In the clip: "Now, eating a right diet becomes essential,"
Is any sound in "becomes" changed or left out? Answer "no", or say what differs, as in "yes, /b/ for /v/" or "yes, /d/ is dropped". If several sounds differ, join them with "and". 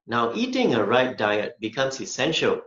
yes, /s/ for /z/